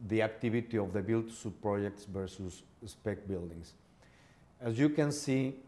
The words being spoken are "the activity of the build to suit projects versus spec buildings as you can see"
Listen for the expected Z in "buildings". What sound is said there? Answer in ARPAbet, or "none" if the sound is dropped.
S